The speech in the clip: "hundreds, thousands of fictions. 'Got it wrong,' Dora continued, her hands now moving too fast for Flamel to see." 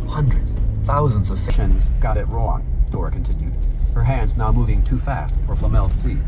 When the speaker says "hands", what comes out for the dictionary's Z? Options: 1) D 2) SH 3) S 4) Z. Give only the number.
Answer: 4